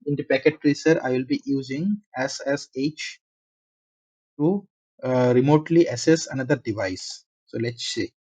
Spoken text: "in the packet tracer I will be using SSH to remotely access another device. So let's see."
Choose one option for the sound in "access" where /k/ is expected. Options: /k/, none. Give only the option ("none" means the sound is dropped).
none